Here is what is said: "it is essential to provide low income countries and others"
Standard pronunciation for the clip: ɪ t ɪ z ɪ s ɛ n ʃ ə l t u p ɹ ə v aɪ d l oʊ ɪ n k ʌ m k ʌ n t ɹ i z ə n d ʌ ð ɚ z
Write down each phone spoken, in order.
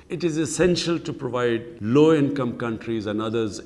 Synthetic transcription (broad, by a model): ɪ t ɪ z ɪ s ɛ n ʃ ə l t u p ɹ ə v aɪ d l oʊ ɪ n k ʌ m k ʌ n t ɹ i z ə n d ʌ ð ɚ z